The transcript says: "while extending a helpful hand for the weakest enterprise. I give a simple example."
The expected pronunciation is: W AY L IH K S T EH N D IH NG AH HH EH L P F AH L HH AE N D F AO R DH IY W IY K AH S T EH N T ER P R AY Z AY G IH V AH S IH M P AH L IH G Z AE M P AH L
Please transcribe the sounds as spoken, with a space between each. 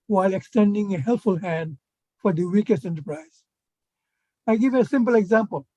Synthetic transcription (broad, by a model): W AY L IH K S T EH N D IH NG AH HH EH L P F AH L HH AE N D F AO R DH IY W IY K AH S T EH N T ER P R AY Z AY G IH V AH S IH M P AH L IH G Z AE M P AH L